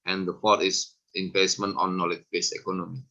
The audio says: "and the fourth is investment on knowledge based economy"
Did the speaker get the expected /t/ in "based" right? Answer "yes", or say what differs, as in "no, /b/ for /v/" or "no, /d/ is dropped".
no, /t/ is dropped